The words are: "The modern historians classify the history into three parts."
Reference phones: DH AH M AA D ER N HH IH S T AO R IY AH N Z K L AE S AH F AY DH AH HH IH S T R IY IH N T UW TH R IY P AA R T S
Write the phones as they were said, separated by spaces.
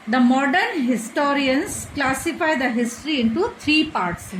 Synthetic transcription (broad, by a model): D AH M AA D ER N HH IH S T AO R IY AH N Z K L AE S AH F AY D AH HH IH S T R IY IH N T UW T R IY P AA R T S